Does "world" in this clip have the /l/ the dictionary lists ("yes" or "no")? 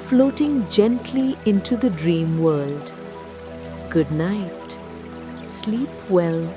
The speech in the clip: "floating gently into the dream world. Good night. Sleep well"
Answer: yes